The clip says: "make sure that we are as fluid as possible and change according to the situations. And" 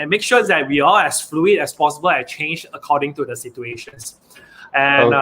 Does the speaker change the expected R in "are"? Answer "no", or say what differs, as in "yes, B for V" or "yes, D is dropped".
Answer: yes, L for R